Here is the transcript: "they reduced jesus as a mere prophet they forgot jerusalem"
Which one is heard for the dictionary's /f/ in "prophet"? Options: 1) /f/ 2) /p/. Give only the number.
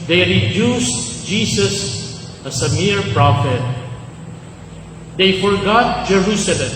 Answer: 1